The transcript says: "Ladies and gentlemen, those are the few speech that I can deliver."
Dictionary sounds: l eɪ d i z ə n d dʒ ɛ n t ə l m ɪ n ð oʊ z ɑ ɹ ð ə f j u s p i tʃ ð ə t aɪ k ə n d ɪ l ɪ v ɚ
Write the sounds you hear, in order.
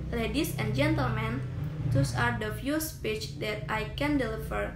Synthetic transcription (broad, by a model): l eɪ d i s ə n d dʒ ɛ n t ə l m ɪ n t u s ɑ ɹ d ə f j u s p i tʃ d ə t aɪ k ə n d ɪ l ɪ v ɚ